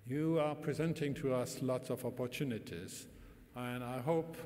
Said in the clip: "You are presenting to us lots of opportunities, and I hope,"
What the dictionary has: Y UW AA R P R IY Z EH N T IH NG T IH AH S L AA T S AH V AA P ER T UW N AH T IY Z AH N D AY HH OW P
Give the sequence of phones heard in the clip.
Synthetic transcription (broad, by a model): Y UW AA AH P R IY Z EH N T IH NG T IH AH S L AA T S AH V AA P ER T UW N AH T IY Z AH N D AY HH OW P